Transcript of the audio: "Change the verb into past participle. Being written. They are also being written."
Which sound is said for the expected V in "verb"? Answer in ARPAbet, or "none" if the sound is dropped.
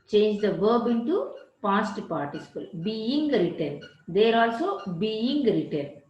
V